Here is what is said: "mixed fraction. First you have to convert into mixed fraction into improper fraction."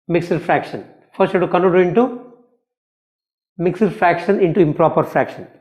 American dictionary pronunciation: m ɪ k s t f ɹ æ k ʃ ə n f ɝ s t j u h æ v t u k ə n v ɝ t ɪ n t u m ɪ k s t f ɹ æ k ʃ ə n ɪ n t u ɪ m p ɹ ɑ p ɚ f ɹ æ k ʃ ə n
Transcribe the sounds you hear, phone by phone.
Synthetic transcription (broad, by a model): m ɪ k s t f ɹ æ k ʃ ə n f ɝ s t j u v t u k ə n ɝ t ɪ n t u m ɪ k s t f ɹ æ k ʃ ə n ɪ n t u ɪ m p ɹ ɑ p ɚ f ɹ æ k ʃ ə n